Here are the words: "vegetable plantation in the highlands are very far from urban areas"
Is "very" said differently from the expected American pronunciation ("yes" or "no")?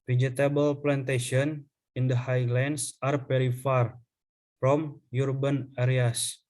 yes